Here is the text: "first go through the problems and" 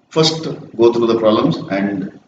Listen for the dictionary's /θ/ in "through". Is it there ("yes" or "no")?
no